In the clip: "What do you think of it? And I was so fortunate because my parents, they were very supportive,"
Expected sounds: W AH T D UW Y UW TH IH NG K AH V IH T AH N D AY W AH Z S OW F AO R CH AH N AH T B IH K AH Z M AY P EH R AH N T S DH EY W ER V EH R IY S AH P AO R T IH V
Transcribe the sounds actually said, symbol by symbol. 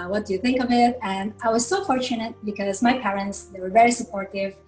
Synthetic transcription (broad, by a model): W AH T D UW Y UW TH IH NG K AH V IH T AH N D AY W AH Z S OW F AO R CH AH N AH T B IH K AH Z M AY P EH R AH N T S DH EY W ER V EH R IY S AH P AO R T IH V